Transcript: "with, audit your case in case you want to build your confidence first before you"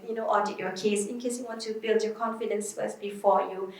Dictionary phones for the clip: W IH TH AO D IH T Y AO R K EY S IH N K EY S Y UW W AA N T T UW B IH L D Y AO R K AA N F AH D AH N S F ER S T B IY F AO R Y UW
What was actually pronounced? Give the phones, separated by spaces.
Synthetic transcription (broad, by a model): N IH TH AO D IH T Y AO K EY S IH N K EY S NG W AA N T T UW B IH L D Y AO K AA N F AH D AH N S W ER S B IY F AO Y UW